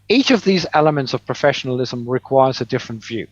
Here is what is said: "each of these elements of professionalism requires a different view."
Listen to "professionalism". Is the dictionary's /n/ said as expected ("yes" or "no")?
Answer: yes